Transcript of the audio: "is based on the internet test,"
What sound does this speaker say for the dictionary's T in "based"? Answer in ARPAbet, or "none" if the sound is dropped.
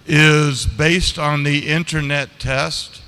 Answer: T